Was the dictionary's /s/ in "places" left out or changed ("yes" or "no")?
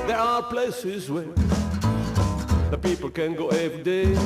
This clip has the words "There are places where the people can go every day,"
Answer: no